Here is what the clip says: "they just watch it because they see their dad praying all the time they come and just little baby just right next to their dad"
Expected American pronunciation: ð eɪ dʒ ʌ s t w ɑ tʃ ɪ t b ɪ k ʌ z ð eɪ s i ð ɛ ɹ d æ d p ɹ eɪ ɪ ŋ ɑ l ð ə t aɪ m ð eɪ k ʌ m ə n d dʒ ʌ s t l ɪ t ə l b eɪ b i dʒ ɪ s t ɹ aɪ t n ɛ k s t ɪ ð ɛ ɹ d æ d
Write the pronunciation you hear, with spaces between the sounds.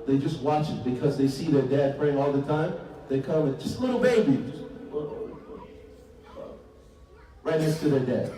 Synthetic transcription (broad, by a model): ð eɪ dʒ ʌ s t w ɑ tʃ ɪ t b ɪ k ʌ z ð eɪ s i ð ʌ ɹ d æ d f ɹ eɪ ɪ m ɑ l ð ə t aɪ m ð eɪ k ʌ m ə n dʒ ʌ s t l ɪ t l b eɪ b i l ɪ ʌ ɹ aɪ t n ɛ k s t ɪ ð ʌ ɹ d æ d